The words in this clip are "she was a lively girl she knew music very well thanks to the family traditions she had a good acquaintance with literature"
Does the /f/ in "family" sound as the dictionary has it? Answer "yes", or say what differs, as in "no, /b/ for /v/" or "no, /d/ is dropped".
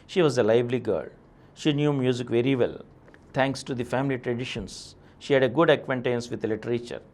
yes